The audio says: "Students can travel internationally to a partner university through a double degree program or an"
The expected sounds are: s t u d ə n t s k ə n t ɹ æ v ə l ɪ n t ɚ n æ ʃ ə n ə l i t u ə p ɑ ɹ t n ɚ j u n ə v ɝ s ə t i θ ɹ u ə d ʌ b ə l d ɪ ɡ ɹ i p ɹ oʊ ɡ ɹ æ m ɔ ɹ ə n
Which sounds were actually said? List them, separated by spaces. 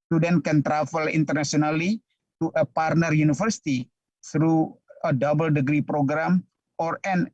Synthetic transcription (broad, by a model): s t u d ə n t k ə n t ɹ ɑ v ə l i n t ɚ n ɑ s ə n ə l i t u ə p ɑ ɹ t n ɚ j u n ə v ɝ s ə t i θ ɹ u ə d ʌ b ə l d ɪ ɡ ɹ i p ɹ oʊ ɡ ɹ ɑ m ɔ ɹ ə n